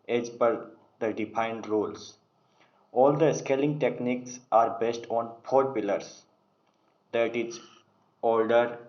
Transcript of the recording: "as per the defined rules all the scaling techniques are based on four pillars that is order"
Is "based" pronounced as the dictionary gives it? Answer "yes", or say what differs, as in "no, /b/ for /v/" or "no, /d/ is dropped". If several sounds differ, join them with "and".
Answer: yes